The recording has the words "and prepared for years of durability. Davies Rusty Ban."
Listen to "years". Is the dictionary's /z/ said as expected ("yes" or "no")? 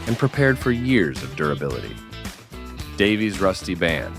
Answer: yes